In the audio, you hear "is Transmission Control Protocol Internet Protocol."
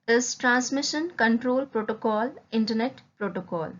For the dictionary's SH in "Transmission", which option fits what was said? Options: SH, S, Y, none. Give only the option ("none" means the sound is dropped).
SH